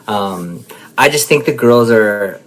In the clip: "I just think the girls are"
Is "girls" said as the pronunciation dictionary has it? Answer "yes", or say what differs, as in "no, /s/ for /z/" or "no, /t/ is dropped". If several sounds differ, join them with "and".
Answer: yes